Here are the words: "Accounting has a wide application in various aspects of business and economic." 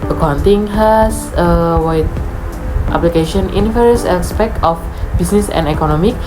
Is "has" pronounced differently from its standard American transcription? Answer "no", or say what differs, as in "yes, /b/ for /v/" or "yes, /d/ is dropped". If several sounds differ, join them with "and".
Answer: yes, /s/ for /z/